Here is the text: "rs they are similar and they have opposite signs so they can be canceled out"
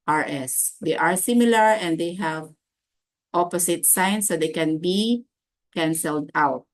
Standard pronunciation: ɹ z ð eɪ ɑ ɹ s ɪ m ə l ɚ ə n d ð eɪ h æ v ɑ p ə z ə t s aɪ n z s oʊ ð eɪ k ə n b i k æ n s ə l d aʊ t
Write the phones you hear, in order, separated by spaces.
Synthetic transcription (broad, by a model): ɹ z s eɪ ɑ ɹ s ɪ m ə l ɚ ə n d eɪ h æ v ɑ p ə s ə t s aɪ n s oʊ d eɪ k ə n b i k æ n s ə l d aʊ t